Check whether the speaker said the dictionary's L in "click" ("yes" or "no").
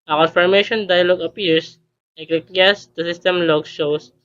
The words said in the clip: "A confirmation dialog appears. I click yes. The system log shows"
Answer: no